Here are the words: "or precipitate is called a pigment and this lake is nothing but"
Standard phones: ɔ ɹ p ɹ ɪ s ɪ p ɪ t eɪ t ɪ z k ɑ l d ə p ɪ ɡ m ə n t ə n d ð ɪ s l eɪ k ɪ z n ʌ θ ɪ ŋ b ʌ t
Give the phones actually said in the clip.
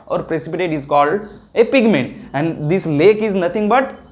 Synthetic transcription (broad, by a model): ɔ ɹ p ɹ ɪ s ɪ p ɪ t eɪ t ɪ z k ɑ l d ə p ɪ ɡ m ə n t ə n d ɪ s l eɪ k ɪ z n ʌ t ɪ ŋ b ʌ t